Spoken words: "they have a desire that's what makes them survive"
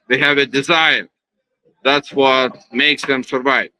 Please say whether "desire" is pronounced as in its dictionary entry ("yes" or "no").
yes